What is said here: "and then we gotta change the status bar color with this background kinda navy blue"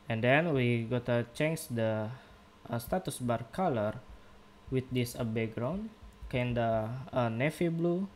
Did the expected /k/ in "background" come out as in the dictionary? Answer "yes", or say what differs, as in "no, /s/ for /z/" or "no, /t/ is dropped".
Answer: no, /k/ is dropped